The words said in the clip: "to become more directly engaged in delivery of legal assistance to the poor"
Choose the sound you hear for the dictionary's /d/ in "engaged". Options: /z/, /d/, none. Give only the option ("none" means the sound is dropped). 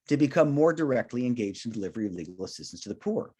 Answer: /d/